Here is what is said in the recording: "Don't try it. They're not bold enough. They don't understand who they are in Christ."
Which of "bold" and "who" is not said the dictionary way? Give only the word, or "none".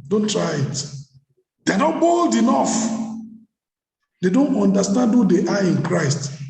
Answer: none